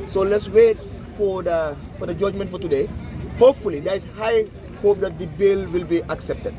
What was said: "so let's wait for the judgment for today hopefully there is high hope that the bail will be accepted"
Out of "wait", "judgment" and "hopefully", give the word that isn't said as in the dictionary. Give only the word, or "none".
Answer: none